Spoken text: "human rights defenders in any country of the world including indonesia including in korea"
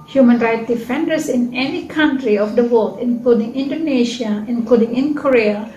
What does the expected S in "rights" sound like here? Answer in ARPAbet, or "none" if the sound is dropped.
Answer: none